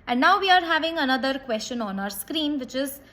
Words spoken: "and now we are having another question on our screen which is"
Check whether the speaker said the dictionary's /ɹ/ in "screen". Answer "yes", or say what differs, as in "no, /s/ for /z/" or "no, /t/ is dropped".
yes